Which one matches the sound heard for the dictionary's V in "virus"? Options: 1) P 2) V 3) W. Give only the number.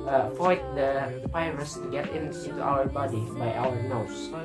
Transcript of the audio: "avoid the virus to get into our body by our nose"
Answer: 1